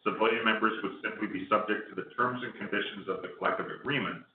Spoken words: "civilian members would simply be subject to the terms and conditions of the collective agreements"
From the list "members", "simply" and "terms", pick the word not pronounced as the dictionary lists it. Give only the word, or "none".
none